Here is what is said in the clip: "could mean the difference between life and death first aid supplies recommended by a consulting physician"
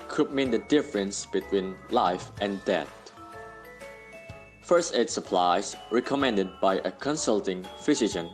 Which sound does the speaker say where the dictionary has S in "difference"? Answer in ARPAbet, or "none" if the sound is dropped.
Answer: S